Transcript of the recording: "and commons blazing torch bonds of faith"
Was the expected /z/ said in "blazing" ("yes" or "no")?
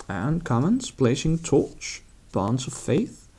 no